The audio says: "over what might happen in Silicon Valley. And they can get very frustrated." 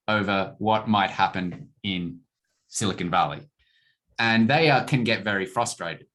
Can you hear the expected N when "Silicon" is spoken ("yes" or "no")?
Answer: yes